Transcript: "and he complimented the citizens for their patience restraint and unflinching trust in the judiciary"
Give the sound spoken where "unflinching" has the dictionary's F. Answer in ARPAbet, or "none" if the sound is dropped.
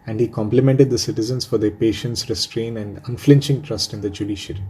F